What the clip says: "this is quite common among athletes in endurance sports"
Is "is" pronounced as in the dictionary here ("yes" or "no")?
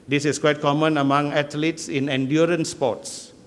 no